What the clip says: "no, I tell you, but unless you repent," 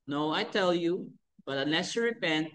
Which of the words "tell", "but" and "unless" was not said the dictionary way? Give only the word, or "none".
unless